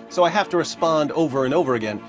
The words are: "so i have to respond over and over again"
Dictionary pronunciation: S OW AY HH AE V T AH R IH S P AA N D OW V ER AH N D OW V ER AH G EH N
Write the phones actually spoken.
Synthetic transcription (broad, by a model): S OW AY HH AE F T AH R IH S P AA N D OW V ER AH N OW V ER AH G EH N